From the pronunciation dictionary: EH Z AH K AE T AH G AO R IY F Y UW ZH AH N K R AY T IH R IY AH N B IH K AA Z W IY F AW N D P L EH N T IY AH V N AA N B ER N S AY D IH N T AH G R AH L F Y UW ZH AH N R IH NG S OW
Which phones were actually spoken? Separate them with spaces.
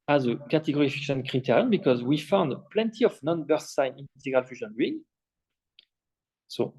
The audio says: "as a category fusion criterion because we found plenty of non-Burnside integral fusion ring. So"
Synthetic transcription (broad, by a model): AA Z AH K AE T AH G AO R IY F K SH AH N K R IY T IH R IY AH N B IH K AA Z W IY F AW N D P L EH N T IY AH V N AA N B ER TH S AY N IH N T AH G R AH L F Y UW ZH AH N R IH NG S OW